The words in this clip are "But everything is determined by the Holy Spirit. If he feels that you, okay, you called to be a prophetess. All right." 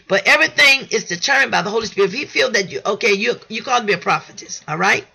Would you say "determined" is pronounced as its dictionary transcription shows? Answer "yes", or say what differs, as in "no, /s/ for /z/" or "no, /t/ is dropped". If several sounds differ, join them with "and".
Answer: no, /m/ is dropped